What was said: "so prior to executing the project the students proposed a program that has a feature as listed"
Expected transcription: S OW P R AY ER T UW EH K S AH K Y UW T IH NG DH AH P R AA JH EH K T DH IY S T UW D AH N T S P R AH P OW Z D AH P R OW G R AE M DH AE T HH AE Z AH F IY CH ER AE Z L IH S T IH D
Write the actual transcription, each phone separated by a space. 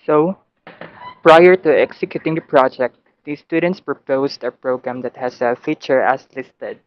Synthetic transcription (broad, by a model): S OW P R AY ER T UW EH K S AH K Y UW T IH NG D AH P R AA JH EH K T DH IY S T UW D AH N T S P R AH P OW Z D AH P R OW G R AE M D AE T HH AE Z AH F IY CH ER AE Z L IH S T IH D